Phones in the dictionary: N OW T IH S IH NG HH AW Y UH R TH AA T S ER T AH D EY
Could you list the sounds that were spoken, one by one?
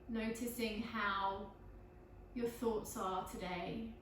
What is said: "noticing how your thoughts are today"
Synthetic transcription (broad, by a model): N OW T IH S IH NG HH AW Y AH TH AA T S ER T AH D EY